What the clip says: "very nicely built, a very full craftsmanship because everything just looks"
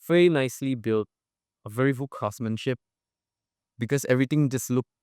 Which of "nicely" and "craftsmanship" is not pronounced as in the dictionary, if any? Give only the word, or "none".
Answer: craftsmanship